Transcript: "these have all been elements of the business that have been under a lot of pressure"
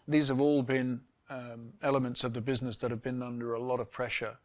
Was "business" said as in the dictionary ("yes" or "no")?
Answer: yes